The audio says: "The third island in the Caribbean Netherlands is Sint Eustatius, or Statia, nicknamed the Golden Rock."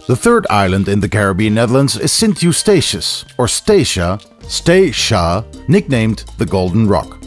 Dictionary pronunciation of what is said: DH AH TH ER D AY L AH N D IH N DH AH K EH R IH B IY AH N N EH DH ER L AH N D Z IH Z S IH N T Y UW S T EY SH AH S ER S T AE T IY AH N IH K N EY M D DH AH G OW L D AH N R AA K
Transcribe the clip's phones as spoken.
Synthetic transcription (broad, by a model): DH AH TH ER D AY L AH N D IH N DH AH K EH R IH B IY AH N N EH DH ER L AH N D Z IH Z S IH N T Y UW S T EY SH AH S ER S T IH T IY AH N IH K N EY M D DH AH G OW L D N R AA K